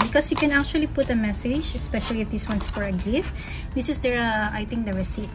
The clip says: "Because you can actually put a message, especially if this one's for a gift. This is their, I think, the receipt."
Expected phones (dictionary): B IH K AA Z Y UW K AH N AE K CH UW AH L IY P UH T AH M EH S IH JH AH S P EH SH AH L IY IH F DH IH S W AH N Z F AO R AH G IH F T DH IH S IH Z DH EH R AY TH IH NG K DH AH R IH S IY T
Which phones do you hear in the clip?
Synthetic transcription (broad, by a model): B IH K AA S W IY K AH N AE K CH UW AH L IY P UH T AH M EH S IH JH AH S P EH SH AH L IY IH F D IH S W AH N S F AO R AH G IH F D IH S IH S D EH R AY T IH NG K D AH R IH S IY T